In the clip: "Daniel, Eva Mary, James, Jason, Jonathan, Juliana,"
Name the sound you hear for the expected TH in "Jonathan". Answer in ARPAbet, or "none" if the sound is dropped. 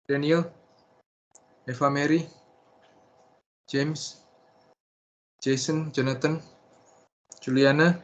T